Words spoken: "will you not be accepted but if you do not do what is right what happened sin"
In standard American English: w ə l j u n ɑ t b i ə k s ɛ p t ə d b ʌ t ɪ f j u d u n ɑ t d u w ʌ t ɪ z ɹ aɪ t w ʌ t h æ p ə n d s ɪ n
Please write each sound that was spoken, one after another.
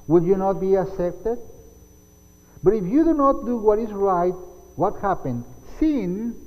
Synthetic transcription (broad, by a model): w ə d j u n ɑ t b i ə s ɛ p t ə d b ʌ t ɪ f j u d u n ɑ t d u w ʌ t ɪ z ɹ aɪ t w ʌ t h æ p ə n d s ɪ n